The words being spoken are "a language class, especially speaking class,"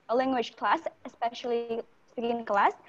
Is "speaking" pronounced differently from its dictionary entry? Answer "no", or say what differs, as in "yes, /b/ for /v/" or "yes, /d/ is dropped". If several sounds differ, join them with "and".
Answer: yes, /p/ is dropped